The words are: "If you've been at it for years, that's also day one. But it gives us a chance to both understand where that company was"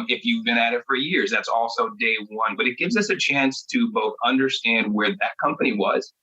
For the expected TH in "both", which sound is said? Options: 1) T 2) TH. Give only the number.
2